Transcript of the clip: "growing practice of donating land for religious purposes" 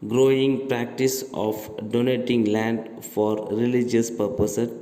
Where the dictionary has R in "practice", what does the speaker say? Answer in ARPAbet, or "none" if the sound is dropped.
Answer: R